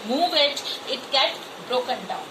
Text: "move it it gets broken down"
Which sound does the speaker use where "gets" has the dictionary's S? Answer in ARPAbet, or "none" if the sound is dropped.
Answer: none